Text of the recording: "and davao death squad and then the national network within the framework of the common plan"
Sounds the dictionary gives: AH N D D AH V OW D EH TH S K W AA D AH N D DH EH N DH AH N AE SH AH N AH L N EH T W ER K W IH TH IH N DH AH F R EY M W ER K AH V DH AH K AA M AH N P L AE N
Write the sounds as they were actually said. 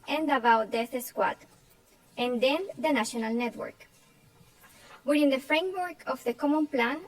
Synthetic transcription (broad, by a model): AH N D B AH W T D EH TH S K W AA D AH N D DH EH N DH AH N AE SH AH N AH L N EH T W ER K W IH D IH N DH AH F R EY M W ER K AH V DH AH K AA M AH N P L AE N